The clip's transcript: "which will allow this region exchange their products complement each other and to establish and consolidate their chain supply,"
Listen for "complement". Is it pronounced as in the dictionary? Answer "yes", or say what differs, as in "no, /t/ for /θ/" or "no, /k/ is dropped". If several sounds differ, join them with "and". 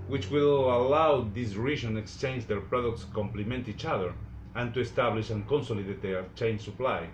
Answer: yes